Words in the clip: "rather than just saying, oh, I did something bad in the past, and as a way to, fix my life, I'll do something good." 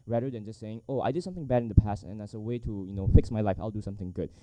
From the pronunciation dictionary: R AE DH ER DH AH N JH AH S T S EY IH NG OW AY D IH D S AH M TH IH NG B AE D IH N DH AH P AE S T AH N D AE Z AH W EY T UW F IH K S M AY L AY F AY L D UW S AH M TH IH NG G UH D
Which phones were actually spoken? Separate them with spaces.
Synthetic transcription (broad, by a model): R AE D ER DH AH N JH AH S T S EY IH NG OW AY D IH D S AH M TH IH NG B AE D IH N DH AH P AE S T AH N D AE S AH W EY T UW F IH K S M AY L AY F AY L D UW S AH M TH IH NG G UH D